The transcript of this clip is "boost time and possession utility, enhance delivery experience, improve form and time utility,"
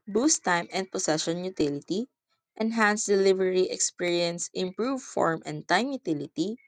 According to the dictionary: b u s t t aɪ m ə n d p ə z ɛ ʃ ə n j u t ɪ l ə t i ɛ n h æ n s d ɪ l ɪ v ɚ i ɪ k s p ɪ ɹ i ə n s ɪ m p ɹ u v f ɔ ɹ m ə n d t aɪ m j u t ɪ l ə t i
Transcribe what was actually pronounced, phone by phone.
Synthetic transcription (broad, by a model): b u s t t aɪ m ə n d p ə s ɛ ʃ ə n j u t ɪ l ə t i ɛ n h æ n s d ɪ l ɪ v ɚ i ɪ k s p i ɹ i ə n s ɪ m p ɹ u v f ɔ ɹ m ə n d t aɪ m j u t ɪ l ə t i